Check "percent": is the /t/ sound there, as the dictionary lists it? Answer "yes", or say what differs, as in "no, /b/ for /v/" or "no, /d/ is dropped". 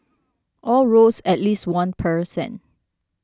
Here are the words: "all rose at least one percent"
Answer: no, /t/ is dropped